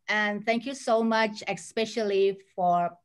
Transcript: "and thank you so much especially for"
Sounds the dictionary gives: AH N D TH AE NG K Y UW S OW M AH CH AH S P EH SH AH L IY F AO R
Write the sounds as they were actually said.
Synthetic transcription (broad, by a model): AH N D TH AE NG K Y UW S OW M AH CH AH S P EH SH AH L IY F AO R